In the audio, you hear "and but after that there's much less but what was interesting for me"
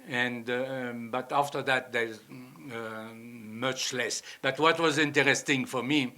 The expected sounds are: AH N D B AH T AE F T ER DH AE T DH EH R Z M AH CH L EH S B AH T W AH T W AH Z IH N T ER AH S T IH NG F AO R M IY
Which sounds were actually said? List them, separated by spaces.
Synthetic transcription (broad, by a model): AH N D B AH T AE F T ER DH AE T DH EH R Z M AH CH L EH S B AH T W AH T W AH Z IH N T ER AH S T IH NG F AO R M IY